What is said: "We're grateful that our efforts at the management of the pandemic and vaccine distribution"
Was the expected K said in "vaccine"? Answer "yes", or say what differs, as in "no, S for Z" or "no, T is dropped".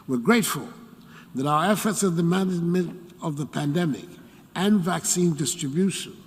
yes